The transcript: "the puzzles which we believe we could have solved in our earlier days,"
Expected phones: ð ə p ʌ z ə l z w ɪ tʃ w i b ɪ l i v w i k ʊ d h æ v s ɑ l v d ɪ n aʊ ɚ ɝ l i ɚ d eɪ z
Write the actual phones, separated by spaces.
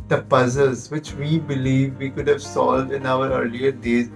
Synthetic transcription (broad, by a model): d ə p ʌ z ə l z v ɪ tʃ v i b ɪ l i v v i k ʊ d h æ v s ɑ l v d ɪ n aʊ ɚ ɝ l i ɚ d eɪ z